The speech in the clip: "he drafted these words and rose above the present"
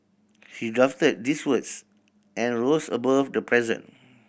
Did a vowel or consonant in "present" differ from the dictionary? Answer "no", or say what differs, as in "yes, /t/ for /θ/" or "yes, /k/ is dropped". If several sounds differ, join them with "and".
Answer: yes, /t/ is dropped